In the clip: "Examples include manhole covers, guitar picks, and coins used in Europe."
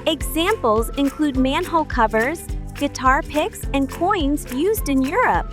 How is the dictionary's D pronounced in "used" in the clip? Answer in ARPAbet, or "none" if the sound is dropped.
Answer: D